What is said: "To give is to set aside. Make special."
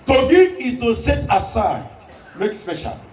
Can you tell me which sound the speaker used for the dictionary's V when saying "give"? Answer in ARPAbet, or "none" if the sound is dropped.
none